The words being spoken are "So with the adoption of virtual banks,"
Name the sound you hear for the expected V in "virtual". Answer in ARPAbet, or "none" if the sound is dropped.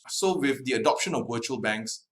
W